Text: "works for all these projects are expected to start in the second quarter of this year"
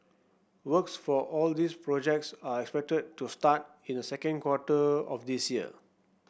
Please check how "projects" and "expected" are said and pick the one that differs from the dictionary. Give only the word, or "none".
none